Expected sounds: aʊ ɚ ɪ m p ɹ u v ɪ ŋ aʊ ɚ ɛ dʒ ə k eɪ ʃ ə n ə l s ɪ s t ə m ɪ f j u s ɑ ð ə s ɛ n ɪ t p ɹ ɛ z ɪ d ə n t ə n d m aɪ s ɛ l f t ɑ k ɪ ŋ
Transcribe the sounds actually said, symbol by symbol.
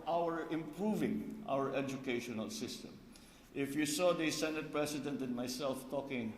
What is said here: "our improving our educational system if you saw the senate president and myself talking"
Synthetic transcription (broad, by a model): aʊ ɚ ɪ m p ɹ u v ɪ ŋ aʊ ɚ ɛ dʒ ə k eɪ ʃ ə n ə l s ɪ s t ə m ɪ f j u s ɑ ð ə s ɛ n ɪ t p ɹ ɛ s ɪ d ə n t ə n m aɪ s ɛ l f t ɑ k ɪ ŋ